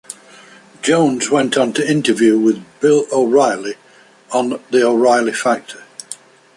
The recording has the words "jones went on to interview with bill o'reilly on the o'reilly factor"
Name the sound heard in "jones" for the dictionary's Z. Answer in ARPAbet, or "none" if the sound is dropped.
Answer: Z